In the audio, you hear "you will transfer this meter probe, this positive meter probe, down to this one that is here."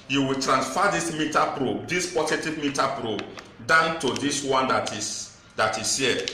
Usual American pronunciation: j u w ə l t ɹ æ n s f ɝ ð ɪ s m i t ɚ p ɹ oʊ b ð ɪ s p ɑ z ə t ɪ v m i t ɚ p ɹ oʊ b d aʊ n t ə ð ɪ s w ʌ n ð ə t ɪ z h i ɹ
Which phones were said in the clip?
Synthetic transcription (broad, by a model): j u w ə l t ɹ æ n s f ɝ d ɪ s m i t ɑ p ɹ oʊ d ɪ s p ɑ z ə t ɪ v m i t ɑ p ɹ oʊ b d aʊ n t ə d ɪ s w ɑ n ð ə t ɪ s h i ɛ